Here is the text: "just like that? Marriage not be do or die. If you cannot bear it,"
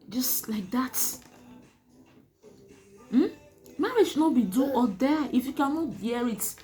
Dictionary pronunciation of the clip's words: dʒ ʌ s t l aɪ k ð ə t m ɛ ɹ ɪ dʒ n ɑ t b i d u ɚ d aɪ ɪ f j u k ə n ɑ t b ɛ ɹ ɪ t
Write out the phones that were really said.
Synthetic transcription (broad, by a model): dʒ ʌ s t l aɪ k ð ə t m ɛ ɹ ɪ ʃ n ɑ t b i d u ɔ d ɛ ɪ f j u k ə n ɑ t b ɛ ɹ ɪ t